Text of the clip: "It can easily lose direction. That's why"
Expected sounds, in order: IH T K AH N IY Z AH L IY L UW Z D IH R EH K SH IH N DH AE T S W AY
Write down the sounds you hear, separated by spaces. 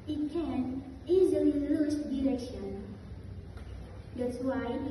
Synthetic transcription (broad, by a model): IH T K AH N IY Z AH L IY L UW S D IH R EH K SH IH N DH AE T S W AY